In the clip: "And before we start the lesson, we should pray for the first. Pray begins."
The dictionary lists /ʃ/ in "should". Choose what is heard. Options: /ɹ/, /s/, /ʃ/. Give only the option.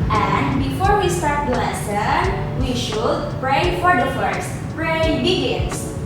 /ʃ/